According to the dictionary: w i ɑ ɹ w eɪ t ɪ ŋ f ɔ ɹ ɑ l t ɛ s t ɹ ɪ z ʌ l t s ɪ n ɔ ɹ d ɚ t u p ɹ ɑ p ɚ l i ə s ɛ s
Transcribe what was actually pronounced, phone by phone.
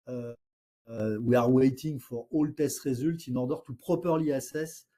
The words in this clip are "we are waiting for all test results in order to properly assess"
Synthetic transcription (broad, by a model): w i ɑ ɹ w eɪ t ɪ ŋ f ɔ ɹ ɑ l t ɛ s t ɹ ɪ z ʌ l t ɪ n ɔ ɹ d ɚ t u p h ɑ p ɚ l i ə s ɛ s